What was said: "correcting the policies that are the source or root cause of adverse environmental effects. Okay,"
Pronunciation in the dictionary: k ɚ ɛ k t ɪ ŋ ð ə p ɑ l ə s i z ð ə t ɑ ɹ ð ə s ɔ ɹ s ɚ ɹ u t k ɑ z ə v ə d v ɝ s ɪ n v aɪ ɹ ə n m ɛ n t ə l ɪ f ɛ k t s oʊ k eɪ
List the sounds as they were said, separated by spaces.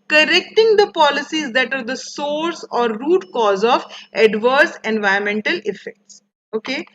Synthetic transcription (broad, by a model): k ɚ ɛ k t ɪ ŋ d ə p ɑ l ə s i z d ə t ɑ ɹ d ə s ɔ ɹ s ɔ ɹ u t k ɑ z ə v ə d v ɝ s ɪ n v aɪ ə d m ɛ n t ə l ɪ f ɛ k t s oʊ k eɪ